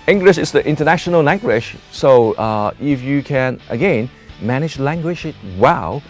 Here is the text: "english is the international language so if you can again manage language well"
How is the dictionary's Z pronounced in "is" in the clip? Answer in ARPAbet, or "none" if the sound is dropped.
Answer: S